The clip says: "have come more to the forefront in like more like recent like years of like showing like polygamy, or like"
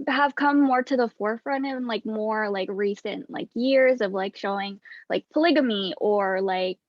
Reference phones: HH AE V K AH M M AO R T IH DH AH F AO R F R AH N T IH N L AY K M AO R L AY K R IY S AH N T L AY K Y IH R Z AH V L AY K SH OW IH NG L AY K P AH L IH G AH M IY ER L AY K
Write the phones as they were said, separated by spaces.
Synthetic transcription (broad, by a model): HH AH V K AH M M AO R T IH DH AH F AO R F R AH N T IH N L AY K M AO R L AY K R IY S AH N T L AY K Y IH R Z AH V L AY K SH OW IH NG L AY K P AH L IH G AH M IY ER L AY K